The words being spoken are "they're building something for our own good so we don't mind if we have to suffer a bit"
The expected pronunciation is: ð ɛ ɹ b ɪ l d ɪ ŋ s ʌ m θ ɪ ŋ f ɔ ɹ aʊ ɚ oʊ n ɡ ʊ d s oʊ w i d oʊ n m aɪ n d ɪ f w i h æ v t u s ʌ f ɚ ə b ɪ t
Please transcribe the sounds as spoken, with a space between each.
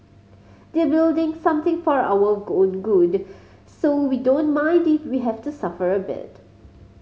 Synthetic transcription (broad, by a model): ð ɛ b ɪ l d ɪ ŋ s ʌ m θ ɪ ŋ f ɔ ɹ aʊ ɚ oʊ n ɡ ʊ d s oʊ w i d oʊ n m aɪ n d ɪ f w i h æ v t u s ʌ f ɚ ə b ɪ t